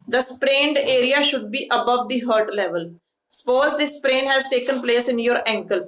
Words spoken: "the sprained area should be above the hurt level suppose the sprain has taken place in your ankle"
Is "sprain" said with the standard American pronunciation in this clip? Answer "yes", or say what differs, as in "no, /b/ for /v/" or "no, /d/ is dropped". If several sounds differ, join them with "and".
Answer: yes